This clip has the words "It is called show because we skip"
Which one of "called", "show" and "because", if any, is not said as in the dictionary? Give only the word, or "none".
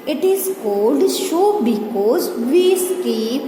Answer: none